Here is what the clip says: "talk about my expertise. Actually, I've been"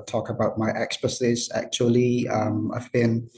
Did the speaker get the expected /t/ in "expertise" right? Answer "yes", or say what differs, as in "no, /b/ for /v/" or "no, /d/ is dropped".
no, /s/ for /t/